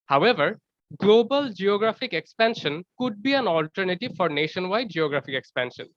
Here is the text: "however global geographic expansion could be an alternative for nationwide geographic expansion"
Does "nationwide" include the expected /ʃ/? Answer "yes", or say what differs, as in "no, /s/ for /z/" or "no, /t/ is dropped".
yes